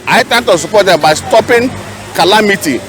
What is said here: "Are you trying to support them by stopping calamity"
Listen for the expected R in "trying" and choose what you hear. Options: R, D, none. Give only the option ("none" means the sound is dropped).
none